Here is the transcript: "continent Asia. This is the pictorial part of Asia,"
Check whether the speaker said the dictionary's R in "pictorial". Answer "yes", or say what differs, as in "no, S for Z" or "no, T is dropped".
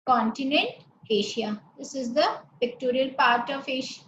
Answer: yes